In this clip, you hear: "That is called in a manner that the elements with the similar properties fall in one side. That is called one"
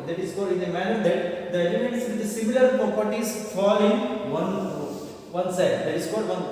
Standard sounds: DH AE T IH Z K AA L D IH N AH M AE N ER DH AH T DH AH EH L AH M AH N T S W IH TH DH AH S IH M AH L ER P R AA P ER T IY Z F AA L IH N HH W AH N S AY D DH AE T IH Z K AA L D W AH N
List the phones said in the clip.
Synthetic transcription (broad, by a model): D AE T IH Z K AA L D IH N AH M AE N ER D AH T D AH EH L AH M AH N T S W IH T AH S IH M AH L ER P AA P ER T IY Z F AA L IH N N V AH N S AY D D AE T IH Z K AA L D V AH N